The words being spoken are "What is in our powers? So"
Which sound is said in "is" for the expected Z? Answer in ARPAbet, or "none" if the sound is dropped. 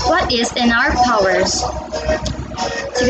Z